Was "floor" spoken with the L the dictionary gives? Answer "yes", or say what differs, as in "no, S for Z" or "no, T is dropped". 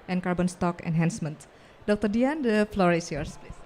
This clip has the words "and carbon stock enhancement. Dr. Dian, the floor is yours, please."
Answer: yes